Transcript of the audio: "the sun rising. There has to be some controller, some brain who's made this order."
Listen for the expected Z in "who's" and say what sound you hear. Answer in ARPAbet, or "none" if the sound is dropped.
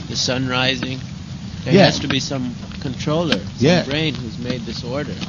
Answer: Z